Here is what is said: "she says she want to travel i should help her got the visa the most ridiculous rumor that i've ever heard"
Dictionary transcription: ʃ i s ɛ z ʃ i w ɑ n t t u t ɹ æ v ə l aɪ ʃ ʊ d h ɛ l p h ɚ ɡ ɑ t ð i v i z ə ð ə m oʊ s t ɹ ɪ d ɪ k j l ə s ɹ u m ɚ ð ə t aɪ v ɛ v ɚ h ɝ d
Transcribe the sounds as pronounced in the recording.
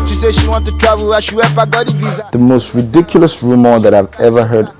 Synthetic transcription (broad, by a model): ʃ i s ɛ ʃ i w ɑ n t t u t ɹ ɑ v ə l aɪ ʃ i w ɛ p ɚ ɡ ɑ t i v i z ð ə m oʊ s t ɹ ɪ d ɪ k j l ə s ɹ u m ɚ ð ə t aɪ v ɛ v ɚ h ɝ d